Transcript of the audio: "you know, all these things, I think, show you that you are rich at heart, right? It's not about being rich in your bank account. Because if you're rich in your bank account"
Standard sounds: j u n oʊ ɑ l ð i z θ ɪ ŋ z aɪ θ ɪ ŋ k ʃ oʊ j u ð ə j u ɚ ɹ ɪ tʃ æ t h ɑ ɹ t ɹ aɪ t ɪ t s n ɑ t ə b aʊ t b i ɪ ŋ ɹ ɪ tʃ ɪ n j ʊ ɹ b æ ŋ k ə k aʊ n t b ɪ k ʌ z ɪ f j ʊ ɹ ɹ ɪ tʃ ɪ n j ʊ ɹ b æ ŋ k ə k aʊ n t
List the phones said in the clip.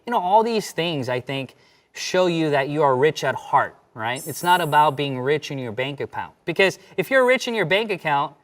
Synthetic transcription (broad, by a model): j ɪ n oʊ ɑ l ð i z θ ɪ ŋ z aɪ θ ɪ ŋ k ʃ oʊ j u ð ə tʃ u ɚ ɹ ɪ tʃ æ t h ɑ ɹ t ɹ aɪ t ɪ t s n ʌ t ə b aʊ t b i ɪ ŋ ɹ ɪ tʃ ɪ n j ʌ ɹ b æ ŋ k ə k aʊ n t b ɪ k ʌ z ɪ f j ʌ ɹ ɹ ɪ tʃ ɪ n j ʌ ɹ b æ ŋ k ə k aʊ n t